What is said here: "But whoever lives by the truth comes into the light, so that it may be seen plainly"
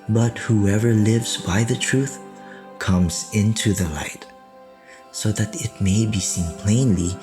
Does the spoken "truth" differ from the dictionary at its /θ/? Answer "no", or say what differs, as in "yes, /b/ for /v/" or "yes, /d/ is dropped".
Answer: no